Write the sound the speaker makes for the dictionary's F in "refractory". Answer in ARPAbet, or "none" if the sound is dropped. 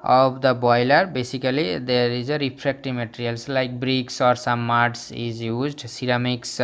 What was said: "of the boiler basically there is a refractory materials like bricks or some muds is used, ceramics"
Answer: P